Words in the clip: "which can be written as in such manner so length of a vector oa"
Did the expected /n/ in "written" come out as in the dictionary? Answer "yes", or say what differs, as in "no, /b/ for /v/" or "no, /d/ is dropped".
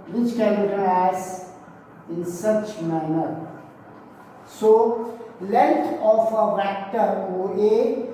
no, /n/ is dropped